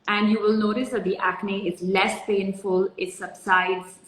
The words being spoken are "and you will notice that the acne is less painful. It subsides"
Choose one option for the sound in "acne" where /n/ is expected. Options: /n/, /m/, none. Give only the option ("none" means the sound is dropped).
/n/